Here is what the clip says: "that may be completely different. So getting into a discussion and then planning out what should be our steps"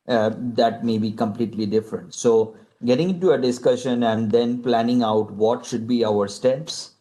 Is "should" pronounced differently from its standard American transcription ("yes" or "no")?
no